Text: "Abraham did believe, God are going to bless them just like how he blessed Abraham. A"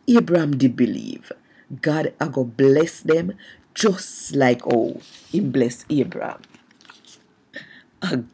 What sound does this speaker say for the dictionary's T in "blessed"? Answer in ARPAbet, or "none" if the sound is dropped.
none